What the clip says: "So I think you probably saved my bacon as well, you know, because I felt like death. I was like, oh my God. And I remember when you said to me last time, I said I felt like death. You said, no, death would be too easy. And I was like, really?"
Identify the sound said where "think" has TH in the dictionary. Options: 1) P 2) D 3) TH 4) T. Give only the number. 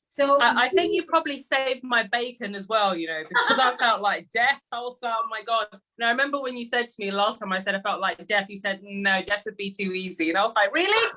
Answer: 3